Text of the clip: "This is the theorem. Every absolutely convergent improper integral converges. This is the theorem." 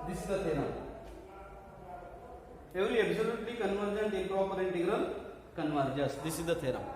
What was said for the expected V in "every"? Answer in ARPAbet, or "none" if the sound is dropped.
none